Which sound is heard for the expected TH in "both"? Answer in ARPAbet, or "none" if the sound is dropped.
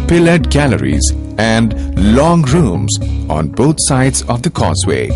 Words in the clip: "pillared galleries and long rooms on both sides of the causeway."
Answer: T